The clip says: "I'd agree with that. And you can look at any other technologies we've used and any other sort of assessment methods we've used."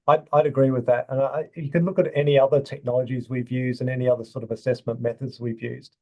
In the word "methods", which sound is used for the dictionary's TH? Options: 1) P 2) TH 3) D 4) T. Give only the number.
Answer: 2